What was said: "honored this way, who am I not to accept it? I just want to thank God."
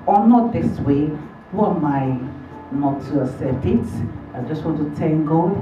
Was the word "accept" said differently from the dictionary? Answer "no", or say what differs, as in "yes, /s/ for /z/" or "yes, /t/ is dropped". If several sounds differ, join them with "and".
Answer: yes, /k/ is dropped and /p/ is dropped